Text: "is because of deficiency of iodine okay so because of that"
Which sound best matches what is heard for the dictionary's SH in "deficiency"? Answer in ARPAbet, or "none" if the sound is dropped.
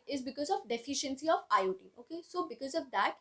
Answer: SH